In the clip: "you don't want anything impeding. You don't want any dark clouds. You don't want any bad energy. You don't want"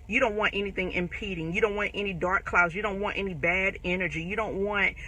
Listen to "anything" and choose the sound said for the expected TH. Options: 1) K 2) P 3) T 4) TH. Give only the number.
4